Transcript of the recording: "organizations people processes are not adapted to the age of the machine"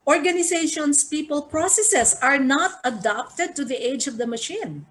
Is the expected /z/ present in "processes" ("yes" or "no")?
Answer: no